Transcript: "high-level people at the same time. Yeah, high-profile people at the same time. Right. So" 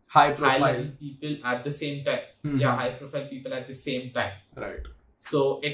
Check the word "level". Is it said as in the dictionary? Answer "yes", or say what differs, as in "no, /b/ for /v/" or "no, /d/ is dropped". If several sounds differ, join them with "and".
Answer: no, /v/ is dropped